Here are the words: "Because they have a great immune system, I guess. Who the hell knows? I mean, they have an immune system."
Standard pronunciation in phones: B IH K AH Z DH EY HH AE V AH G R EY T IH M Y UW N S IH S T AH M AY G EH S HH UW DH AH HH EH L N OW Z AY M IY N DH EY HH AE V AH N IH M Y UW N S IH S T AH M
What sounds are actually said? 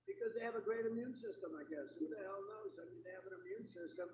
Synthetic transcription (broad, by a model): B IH K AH Z DH EY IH V AH G R EY T IH M Y UW N S IH S T AH M AY G EH S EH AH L N OW Z AY M IY N DH EY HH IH V AH N IH M Y UW N S IH S T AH M